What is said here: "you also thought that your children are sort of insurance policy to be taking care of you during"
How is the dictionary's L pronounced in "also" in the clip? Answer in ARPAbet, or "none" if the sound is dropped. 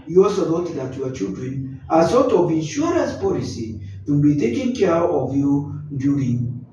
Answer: none